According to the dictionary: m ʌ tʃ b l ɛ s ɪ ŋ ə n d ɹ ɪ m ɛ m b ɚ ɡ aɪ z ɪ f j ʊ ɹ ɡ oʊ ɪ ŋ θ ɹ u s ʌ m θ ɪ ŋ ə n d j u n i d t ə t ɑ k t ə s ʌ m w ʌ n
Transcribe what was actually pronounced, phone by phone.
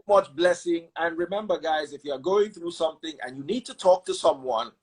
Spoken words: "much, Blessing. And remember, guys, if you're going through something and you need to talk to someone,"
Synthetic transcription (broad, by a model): m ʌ tʃ b l ɛ s ɪ ŋ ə n ɹ ɪ m ɛ m b ɚ ɡ aɪ z ɪ f j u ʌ ɡ oʊ ɪ ŋ θ ɹ u s ʌ m θ ɪ ŋ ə n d j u n i d t ə t ɑ k t ə s ʌ m w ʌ n